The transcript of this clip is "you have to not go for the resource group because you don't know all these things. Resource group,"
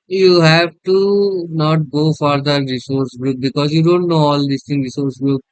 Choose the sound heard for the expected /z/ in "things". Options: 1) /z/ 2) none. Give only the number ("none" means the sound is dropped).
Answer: 2